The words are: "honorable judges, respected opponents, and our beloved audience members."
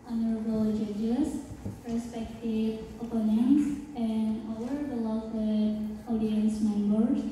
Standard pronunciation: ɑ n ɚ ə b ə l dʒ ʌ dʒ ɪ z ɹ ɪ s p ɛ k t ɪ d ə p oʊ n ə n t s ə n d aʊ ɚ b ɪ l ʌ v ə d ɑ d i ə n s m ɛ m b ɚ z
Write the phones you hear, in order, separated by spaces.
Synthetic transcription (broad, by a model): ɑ n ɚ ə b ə l dʒ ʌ dʒ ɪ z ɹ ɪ s p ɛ k t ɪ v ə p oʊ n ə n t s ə n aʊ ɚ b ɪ l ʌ w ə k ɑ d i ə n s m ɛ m b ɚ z